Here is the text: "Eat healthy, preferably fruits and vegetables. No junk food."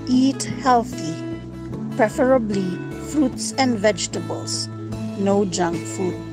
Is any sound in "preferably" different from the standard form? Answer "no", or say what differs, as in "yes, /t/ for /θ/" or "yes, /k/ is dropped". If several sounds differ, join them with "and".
no